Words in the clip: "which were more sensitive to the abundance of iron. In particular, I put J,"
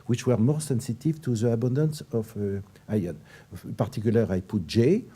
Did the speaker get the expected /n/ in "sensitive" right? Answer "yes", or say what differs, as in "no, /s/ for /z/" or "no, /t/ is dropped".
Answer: yes